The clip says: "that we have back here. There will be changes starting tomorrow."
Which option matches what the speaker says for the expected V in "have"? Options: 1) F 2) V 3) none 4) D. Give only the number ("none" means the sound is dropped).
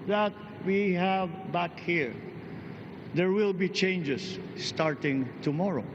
2